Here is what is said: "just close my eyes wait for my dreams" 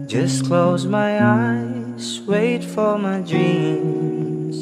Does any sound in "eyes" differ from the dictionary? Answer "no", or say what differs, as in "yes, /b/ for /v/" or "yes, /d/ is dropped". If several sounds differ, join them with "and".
yes, /s/ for /z/